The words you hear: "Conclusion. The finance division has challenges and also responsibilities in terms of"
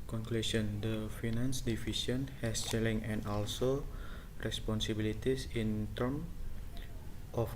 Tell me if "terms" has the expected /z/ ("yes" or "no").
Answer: no